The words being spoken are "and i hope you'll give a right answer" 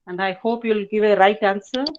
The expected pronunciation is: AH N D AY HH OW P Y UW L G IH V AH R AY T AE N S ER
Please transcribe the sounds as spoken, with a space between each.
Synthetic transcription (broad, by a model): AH N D AY HH OW P Y UW L G IH V AH R AY T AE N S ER